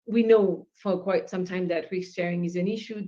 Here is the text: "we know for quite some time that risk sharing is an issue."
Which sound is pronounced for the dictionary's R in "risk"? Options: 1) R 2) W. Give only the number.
2